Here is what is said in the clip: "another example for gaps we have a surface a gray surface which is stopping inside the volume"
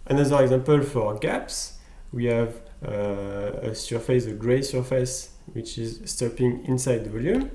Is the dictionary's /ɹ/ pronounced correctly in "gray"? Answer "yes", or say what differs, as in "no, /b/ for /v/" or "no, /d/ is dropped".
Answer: yes